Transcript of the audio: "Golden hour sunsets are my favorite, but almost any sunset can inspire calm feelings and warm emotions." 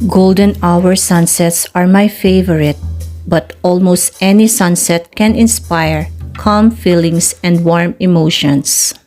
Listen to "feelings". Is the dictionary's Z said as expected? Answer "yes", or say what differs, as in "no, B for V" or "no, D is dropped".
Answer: no, S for Z